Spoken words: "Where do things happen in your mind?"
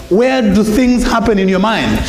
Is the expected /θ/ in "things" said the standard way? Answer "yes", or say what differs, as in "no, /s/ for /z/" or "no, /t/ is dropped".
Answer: yes